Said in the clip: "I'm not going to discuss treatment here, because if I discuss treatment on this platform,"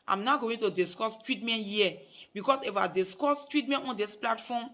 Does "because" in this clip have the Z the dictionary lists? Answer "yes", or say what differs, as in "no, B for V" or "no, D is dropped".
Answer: no, S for Z